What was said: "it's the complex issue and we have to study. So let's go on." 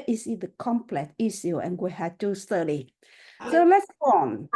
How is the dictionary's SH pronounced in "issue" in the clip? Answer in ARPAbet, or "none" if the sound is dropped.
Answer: S